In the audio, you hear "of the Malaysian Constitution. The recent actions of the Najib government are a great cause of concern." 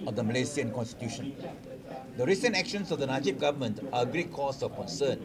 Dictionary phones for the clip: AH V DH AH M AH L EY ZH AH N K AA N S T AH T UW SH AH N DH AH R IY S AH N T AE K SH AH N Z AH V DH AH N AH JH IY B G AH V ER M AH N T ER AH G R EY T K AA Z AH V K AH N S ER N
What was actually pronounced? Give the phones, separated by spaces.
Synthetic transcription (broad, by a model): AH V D AH M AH L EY S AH N K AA N S T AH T UW SH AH N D AH R IY S AH N T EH K SH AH N S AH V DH AH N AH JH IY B G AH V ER M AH N T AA AH G R EY T K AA S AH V K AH N S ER N